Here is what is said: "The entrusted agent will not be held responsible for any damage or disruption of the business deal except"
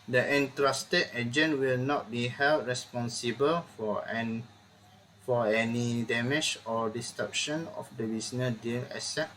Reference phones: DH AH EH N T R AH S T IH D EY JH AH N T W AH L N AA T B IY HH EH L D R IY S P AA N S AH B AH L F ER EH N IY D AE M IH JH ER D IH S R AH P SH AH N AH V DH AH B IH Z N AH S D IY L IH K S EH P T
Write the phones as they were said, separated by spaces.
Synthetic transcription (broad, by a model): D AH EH N T R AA S T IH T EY JH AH N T W AH L N AA T B IY HH EH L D R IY S P AA N S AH B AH L F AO EH N IY D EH M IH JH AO D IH S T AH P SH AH N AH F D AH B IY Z N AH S D IY L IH S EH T